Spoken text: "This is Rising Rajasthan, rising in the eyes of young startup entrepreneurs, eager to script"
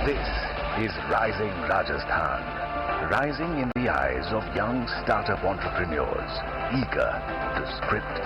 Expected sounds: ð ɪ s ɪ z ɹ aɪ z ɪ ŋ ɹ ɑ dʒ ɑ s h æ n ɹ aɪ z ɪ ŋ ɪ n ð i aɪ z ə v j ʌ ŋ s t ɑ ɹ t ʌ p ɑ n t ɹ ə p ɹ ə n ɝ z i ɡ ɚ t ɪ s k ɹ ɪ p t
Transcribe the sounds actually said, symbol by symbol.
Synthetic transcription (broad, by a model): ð ɪ s ɪ z ɹ aɪ z ɪ ŋ ɹ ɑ dʒ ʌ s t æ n ɹ aɪ z ɪ ŋ ɪ n ð i aɪ z ə v j ʌ ŋ s t ɑ ɹ t ʌ p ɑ n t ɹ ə p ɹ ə n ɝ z i ɡ ɚ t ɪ s k ɹ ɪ p t